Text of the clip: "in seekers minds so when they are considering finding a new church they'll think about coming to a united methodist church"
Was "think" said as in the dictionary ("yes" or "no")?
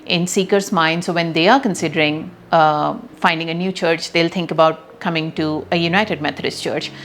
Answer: no